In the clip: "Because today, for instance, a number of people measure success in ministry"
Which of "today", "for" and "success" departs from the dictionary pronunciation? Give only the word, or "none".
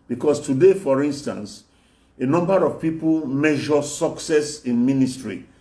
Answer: none